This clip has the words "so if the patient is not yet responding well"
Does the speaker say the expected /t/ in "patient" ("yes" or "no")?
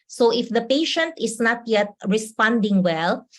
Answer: yes